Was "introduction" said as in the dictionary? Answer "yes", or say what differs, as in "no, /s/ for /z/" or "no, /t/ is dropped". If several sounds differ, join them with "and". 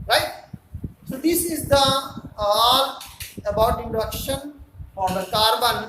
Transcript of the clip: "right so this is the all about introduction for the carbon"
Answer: no, /ɹ/ is dropped